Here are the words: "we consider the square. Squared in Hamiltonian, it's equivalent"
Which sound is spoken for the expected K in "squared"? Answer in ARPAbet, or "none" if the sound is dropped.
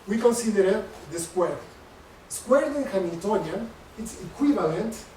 K